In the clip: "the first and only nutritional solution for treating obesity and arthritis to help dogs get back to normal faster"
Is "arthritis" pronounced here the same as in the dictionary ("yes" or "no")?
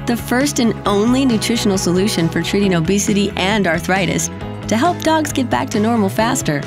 yes